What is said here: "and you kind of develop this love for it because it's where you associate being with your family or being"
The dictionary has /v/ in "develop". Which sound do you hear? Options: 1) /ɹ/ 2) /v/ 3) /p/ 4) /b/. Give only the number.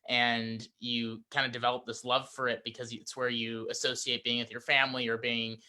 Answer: 2